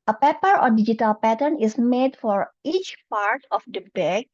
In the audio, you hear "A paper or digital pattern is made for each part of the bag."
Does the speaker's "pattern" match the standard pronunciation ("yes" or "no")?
yes